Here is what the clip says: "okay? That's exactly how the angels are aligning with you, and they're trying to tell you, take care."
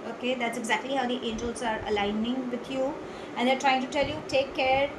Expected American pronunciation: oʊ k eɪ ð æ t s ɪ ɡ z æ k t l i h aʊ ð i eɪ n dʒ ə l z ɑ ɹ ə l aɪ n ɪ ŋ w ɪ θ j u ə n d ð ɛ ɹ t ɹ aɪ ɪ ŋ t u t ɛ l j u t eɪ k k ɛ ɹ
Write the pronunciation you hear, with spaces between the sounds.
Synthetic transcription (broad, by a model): oʊ k eɪ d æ t s ɪ ɡ z æ k t l i h aʊ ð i eɪ n dʒ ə l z ɑ ɹ ə l aɪ n ɪ ŋ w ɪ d j u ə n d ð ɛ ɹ t ɹ aɪ ɪ ŋ t u t ɛ l j u t eɪ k k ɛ ɹ